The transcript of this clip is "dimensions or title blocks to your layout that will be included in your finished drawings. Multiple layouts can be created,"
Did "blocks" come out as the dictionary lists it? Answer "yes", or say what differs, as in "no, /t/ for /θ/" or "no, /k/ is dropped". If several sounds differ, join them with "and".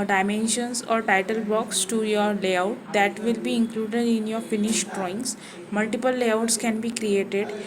no, /l/ is dropped